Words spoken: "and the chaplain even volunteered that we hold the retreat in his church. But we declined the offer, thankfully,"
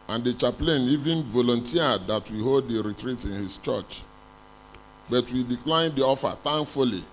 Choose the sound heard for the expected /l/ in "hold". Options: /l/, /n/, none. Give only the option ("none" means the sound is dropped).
/l/